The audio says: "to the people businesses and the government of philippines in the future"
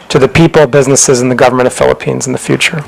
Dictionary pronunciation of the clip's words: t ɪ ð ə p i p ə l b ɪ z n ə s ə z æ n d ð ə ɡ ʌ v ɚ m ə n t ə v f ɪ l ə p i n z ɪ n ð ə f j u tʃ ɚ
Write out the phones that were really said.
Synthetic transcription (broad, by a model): t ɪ ð ə p i p l b ɪ z n ə s ə z n ð ə ɡ ʌ v ɚ m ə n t ə v f ɪ l ə p i n z n ð ə f j u tʃ ɚ